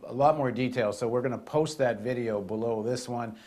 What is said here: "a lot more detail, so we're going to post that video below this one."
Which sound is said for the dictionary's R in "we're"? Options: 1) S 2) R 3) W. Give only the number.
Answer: 2